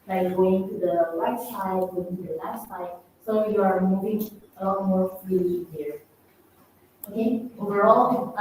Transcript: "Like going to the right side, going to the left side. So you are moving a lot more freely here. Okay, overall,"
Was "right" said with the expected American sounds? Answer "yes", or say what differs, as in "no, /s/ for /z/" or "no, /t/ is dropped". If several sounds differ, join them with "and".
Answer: no, /l/ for /ɹ/